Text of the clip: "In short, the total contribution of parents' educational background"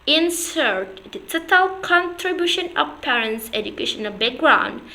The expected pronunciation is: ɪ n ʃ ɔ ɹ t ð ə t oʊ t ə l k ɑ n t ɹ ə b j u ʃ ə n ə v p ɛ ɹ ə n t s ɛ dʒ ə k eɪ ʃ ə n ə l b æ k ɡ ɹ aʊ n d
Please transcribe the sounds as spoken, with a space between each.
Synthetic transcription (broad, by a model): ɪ n s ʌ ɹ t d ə t oʊ t ə l k ɑ n t ɹ ə b j u ʃ ə n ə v p ɛ ɹ ə n t s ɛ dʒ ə k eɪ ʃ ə n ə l b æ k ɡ ɹ aʊ n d